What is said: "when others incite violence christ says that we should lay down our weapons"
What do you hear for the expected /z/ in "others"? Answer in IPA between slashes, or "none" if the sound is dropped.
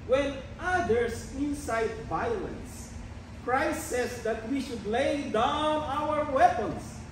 /s/